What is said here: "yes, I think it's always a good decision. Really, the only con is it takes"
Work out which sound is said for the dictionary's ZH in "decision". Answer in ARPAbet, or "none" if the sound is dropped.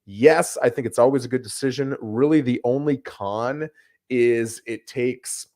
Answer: ZH